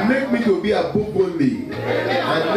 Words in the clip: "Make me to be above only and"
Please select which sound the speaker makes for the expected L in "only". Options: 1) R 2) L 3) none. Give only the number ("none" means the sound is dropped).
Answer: 3